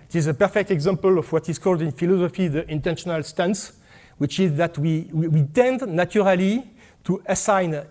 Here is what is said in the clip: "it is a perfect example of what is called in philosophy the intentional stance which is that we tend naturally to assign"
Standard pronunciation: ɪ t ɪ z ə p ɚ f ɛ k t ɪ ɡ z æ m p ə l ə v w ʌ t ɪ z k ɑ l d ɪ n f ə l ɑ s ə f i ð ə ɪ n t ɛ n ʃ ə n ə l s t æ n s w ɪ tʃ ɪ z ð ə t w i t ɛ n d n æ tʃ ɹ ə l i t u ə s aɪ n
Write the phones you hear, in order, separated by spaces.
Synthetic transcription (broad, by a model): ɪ t ɪ z ə p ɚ f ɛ k t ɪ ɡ z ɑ m p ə l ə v w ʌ t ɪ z k ɑ l d ɪ n f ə l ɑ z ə f i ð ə ɪ n t ɛ n ʃ ə n ə l s t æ n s w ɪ tʃ ɪ z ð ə t w i t ɛ n d n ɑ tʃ ɹ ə l i t u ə s aɪ n